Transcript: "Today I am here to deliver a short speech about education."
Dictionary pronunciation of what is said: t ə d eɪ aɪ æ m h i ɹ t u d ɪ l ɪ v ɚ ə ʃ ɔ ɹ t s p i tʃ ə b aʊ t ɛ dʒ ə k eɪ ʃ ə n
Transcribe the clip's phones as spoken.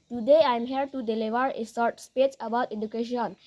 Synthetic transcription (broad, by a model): t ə d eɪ aɪ m h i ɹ t u d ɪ l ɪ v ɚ ə s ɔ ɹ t s p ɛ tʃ ə b aʊ t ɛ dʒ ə k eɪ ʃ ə n